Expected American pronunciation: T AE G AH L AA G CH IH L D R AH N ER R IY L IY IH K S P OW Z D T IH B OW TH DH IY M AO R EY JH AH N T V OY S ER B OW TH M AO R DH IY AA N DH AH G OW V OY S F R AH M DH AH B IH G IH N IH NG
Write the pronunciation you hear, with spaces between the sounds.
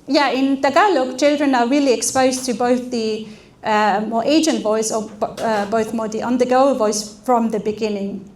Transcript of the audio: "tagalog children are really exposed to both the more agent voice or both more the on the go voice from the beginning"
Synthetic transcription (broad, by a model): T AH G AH L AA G CH IH L D R AH N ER R IY L IY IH K S P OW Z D T IH B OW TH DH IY M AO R EY JH AH N T V OY S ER B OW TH M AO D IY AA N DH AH G OW V OY S F R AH M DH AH B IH G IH N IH NG